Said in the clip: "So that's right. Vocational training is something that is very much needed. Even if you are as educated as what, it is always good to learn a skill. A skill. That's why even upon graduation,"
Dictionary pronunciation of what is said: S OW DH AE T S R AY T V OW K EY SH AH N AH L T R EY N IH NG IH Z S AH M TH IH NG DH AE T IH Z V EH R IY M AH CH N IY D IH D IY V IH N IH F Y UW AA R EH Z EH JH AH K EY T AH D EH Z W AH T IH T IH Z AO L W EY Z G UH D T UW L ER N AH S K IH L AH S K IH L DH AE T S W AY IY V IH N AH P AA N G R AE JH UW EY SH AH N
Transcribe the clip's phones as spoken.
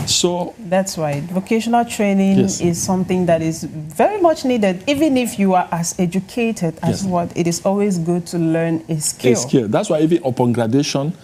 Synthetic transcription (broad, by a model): S OW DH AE T S W AY V OW K EY SH AH N AH L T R EY N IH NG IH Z S AH M TH IH NG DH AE T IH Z V EH R IY M AH CH N IY D IH D IY V IH N IH F Y UW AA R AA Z EH JH AH K EY T AH D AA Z W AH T IH T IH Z AO L W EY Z G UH D T UW L ER N AH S K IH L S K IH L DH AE T S W AY IY V IH N AH P AA N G R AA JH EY SH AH N